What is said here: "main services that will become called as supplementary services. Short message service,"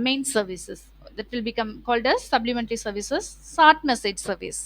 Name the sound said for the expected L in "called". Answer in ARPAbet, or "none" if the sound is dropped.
L